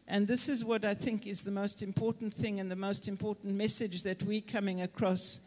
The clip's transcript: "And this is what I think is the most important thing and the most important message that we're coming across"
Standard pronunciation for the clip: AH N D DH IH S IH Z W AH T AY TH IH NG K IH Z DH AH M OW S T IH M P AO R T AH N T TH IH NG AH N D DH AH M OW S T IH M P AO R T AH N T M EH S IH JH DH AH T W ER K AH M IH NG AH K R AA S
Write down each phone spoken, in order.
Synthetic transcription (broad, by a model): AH N DH IH S IH Z W AH T AY TH IH NG K IH Z DH AH M OW S T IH M P AO R T N TH IH NG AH N DH AH M OW S T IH M P AO R T N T M EH S IH JH DH AH T W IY K AH M IH NG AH K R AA S